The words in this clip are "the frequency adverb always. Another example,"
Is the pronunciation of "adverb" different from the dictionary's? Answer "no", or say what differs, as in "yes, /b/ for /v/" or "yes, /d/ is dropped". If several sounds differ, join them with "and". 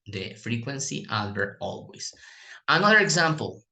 yes, /b/ is dropped